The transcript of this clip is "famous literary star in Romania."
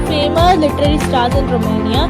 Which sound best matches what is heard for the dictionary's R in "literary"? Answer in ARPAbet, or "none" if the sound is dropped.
R